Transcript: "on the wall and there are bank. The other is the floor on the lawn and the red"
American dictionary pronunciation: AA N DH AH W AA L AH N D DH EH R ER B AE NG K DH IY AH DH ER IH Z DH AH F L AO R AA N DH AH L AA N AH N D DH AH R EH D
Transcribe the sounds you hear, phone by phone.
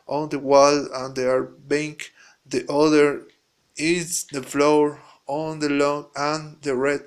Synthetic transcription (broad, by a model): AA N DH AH W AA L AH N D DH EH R B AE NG K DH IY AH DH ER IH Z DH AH F L AO R AA N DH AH L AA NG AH N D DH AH R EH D